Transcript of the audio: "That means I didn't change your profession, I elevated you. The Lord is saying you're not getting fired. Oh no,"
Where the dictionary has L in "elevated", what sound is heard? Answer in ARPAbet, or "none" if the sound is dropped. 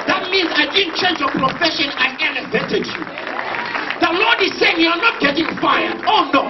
N